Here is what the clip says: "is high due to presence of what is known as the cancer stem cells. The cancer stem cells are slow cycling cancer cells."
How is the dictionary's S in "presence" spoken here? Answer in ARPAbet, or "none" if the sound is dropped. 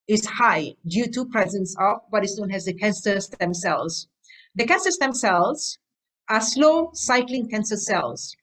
S